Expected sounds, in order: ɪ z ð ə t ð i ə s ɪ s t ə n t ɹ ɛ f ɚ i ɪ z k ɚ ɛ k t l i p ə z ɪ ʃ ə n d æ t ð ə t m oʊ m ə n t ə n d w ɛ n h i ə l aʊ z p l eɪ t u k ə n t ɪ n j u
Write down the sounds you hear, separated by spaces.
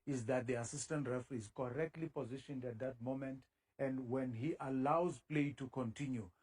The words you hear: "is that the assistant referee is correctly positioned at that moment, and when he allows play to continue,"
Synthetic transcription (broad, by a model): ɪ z ð ə t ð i ə s ɪ s t ə n t ɹ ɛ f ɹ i ɪ z k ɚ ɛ k t l i p ə z ɪ ʃ ə n d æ t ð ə t m oʊ m ə n t ə n d w ɛ n h i ə l aʊ z p l eɪ t u k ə n t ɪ n j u